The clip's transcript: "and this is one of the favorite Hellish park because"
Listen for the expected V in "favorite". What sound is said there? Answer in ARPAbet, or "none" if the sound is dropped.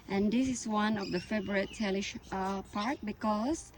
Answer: B